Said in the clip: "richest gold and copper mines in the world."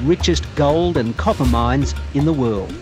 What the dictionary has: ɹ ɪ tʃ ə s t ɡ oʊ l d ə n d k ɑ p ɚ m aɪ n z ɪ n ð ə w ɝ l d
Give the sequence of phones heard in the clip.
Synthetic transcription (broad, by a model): ɹ ɪ tʃ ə s ɡ oʊ l d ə n k ɑ p ɚ m aɪ n z ɪ n ð ə w ɝ l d